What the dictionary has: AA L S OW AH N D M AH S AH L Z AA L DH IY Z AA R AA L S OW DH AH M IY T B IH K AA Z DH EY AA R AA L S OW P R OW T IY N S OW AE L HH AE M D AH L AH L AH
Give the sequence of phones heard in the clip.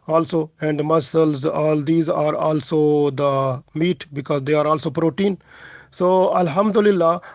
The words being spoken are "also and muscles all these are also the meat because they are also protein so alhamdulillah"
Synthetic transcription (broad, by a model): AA L S OW AH N D M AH S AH L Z AA L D IY Z AA R AA L S OW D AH M IY T B IH K AA Z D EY AA R AA L S OW P R OW T IY N S OW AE L HH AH M D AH L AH L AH